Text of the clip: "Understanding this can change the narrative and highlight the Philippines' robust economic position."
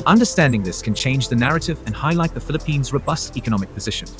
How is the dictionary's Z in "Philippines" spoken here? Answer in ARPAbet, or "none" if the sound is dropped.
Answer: Z